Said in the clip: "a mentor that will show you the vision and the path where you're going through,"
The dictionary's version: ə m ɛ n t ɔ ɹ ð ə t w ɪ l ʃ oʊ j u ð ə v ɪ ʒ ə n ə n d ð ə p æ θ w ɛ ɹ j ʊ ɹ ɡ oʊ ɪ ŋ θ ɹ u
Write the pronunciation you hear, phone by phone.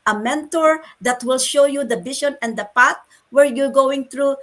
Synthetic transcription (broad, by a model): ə m ɛ n t ɔ ɹ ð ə t w ɪ l ʃ oʊ j u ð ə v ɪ ʃ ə n ə n d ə p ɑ t w ɛ ɹ j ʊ ɹ ɡ oʊ ɪ ŋ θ ɹ u